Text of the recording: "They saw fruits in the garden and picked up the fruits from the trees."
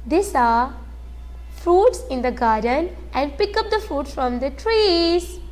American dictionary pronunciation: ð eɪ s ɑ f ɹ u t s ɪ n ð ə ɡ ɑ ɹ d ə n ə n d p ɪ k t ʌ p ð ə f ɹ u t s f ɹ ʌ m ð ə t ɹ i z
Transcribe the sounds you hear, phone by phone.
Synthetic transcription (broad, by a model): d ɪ s ɑ f ɹ u t s ɪ n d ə ɡ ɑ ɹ d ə n ə n d p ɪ k ʌ p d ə f ɹ u t s f ɹ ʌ m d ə t ɹ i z